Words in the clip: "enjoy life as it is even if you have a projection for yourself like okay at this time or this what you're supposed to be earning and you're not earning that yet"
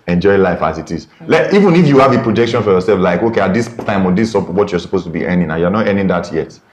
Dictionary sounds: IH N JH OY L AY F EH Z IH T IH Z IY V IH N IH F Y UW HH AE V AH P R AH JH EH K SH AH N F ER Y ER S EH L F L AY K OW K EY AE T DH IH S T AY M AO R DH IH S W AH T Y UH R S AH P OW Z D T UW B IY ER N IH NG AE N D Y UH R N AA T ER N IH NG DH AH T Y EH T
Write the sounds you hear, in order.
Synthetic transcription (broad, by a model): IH N JH OY L AY F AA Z IH T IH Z IY V IH N IH F Y UW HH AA V AH P R AH JH EH K SH AH N F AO Y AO S EH L F L AY K OW K EY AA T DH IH S T AY M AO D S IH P W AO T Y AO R S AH P OW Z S T UW B IY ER N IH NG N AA Y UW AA N AA T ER N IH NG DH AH T Y EH T